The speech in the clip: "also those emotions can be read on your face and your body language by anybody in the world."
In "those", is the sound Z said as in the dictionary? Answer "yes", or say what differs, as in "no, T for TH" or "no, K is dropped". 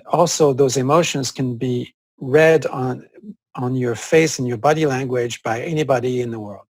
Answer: yes